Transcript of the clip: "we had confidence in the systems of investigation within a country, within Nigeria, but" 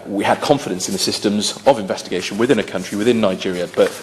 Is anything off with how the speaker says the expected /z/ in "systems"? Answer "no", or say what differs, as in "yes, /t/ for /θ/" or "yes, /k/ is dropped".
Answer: no